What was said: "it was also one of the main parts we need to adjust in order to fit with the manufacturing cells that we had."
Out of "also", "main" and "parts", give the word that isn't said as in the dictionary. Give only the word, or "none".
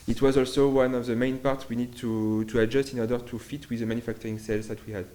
parts